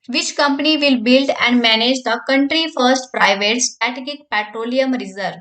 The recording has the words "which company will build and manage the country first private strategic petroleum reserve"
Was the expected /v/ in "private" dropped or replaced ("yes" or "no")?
no